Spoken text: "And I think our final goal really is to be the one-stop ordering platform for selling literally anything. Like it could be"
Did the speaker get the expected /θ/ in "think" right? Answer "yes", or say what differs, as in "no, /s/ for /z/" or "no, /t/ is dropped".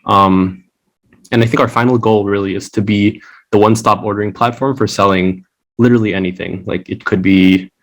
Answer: yes